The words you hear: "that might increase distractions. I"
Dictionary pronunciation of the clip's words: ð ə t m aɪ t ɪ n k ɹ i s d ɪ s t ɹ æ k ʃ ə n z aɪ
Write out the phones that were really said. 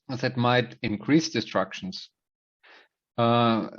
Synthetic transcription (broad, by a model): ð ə t m aɪ t ɪ n k ɹ i s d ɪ s t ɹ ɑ k ʃ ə n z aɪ